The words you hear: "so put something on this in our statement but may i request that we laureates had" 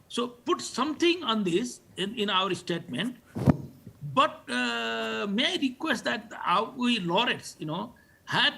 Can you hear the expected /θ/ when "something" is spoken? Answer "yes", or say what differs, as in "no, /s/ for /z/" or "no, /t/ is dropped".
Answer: no, /t/ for /θ/